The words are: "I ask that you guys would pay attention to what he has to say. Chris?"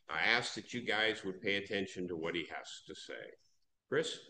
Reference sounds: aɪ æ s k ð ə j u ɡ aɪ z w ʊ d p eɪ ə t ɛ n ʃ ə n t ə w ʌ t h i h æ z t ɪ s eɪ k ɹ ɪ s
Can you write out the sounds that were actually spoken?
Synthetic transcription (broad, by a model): aɪ æ s k ð ə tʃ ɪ ɡ aɪ z w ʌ d p eɪ ə t ɛ n ʃ ə n t ə w ʌ t h i h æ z t ɪ s eɪ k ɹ ɪ s